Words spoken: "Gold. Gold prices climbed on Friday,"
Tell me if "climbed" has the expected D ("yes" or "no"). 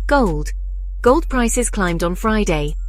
yes